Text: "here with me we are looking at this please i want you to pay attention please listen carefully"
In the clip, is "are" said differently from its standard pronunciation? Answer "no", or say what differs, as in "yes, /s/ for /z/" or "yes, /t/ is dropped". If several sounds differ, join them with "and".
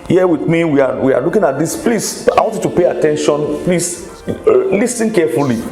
yes, /w/ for /ɹ/